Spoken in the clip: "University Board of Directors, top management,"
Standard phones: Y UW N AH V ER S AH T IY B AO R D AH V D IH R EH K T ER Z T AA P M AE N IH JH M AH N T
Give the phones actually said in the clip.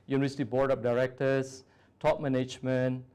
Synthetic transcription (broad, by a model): Y UW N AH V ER S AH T IY B AO R D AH P D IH R EH K T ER S T AA P M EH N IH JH M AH N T